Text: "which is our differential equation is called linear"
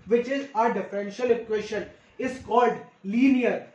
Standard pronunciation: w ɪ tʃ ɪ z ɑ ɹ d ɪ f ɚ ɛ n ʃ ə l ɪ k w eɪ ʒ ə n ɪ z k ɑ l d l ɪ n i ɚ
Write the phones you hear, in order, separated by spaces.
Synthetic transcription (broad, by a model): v ɪ tʃ ɪ z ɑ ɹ d ɪ f ɚ ɛ n ʃ ə l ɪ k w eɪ ʃ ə n ɪ z k ɑ l d l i n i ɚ